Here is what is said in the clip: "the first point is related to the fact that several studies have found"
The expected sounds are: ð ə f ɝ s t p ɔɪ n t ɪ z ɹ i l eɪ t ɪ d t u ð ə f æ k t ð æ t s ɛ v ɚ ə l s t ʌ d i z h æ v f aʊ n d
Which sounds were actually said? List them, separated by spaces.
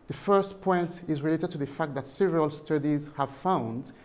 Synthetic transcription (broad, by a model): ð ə f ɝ s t p ɔɪ n t ɪ z ɹ i l eɪ t ɪ d t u ð ə f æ k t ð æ t s ɛ v ɚ ə l s t ʌ d i z h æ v f aʊ n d